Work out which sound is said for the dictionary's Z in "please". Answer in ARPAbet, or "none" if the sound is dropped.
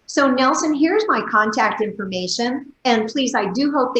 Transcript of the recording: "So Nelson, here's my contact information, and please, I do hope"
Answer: Z